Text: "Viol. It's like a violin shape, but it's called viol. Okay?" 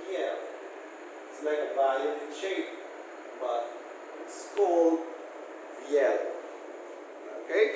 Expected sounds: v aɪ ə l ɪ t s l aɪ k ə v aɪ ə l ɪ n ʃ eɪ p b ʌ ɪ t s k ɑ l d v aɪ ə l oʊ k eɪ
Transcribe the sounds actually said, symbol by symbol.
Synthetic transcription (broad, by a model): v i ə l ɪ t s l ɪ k ə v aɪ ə ɪ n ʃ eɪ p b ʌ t s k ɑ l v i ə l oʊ k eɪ